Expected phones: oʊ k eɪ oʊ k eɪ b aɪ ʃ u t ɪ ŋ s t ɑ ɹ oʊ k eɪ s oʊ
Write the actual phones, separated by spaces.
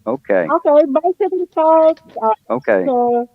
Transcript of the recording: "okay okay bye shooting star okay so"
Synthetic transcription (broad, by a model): oʊ k eɪ oʊ k eɪ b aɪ s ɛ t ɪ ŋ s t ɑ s oʊ k eɪ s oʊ